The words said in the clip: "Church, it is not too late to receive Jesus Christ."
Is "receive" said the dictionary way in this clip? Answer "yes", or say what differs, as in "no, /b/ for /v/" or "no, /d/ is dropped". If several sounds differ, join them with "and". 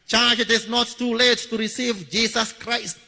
yes